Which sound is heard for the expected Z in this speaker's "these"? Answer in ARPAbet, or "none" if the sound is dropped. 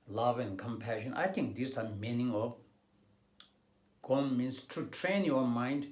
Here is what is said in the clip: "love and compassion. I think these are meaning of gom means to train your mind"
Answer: S